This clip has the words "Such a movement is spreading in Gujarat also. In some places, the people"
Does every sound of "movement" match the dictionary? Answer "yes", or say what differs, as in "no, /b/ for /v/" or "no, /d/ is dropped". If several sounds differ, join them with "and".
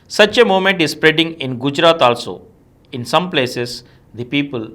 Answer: no, /v/ is dropped